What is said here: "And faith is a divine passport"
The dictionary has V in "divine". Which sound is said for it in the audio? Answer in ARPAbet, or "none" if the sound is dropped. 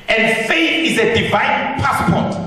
V